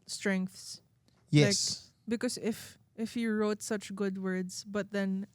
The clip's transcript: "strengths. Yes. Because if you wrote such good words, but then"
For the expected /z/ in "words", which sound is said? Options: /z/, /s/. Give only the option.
/s/